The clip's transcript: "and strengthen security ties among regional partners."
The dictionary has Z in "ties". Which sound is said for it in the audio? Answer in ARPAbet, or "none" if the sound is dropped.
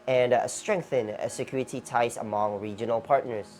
S